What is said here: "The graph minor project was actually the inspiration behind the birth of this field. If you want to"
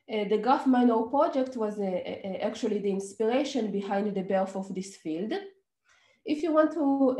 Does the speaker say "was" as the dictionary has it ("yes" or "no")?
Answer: yes